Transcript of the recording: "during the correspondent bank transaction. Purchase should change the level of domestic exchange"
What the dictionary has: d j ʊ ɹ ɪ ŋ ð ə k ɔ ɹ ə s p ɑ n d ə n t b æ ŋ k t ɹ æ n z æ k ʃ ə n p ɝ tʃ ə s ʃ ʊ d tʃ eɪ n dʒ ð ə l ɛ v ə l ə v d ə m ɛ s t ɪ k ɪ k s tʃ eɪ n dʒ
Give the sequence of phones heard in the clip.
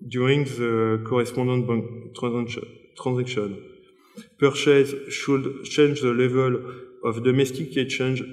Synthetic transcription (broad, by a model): d j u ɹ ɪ ŋ ð ə k ɔ ɹ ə s p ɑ d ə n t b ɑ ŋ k t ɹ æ z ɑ k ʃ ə n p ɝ ʃ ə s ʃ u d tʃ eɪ n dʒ ð ə l ɛ v ə l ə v d ə m ɛ s t ɪ k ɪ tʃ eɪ n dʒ